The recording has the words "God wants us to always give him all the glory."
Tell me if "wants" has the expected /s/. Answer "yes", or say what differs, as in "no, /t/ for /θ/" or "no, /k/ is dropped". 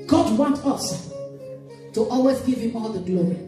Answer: no, /s/ is dropped